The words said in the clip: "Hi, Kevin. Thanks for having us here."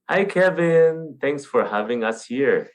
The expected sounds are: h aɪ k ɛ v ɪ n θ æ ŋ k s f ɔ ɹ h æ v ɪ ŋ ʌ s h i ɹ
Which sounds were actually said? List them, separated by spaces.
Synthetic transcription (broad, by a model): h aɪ k ɛ v ɪ n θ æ ŋ k s f ɔ ɹ h æ v ɪ ŋ ʌ s h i ɹ